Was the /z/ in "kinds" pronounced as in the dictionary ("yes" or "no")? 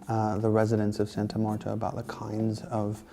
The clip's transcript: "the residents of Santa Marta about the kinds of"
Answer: yes